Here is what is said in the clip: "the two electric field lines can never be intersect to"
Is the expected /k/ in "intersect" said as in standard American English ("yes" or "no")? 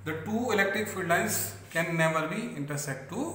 no